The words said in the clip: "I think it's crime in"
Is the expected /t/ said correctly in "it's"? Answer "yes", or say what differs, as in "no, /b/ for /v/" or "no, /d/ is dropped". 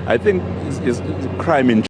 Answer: no, /s/ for /t/